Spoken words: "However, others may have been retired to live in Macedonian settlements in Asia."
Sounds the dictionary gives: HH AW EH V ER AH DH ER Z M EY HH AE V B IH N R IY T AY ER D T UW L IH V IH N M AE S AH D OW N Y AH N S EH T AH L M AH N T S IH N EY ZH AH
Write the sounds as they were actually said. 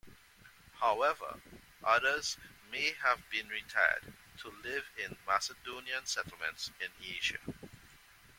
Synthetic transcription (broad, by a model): HH AW EH V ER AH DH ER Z M EY HH AE V B IH N R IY T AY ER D T UW L IH V IH N M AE S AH D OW N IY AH N S EH T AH L M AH N T S IH N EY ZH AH